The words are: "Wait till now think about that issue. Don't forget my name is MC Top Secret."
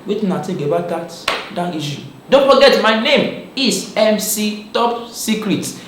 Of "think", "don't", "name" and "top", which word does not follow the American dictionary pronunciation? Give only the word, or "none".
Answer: think